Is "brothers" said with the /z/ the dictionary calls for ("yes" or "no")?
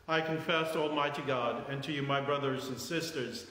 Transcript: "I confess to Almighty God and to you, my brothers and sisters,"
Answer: yes